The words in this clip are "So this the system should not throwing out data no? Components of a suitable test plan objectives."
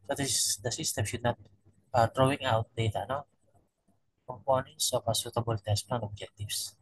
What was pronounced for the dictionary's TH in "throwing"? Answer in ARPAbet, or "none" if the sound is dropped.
T